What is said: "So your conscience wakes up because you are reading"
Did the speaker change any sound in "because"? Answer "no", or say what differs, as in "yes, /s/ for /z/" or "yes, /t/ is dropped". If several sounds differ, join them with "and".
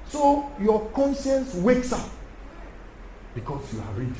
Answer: yes, /s/ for /z/